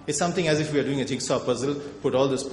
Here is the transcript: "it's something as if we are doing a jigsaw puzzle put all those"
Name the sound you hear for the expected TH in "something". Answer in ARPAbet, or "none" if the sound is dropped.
T